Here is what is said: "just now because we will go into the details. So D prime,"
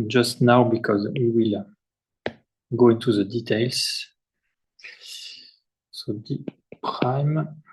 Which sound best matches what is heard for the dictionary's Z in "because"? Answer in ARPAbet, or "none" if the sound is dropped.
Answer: Z